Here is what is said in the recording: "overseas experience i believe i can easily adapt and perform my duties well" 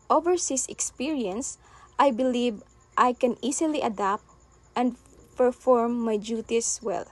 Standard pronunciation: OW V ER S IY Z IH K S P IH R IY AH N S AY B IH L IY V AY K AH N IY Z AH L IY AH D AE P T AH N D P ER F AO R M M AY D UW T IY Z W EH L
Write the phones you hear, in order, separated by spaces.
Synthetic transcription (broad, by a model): OW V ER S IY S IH K S P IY R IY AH N S AY B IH L IY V AY K AH N IY S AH L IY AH D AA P T AH N D P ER F AO R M M AY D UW T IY S W EH L